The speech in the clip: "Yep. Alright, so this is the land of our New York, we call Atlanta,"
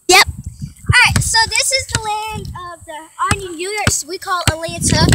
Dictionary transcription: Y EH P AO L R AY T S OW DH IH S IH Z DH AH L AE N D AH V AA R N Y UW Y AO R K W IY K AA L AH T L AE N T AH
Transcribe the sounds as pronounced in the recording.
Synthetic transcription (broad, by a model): Y EH P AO R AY T S OW DH IH S IH Z DH AH L AE N D AH V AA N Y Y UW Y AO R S W IY K AA L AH L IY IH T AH